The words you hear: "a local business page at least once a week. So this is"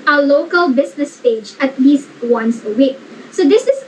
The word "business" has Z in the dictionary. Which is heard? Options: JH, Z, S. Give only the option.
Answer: S